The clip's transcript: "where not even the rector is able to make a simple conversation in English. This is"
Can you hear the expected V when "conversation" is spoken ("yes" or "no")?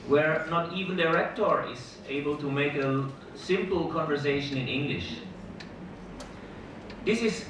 yes